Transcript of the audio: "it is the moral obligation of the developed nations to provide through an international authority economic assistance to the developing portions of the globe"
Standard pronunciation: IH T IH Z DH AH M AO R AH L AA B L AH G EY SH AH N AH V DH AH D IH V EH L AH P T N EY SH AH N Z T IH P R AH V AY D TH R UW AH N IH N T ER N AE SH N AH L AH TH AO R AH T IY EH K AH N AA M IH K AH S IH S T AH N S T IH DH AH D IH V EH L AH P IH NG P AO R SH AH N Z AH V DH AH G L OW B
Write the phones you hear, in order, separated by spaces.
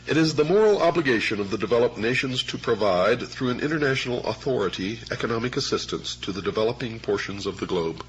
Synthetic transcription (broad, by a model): IH T IH Z DH AH M AO R L AA B L AH G EY SH AH N AH V DH AH D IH V EH L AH P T N EY SH AH N Z T IH P R AH V AY D TH R UW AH N IH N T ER N AE SH N L AH TH AO R AH T IY EH K AH N AA M IH K AH S IH S T AH N S T IH DH AH D IH V EH L AH P IH NG P AO R SH AH N Z AH V DH AH G L OW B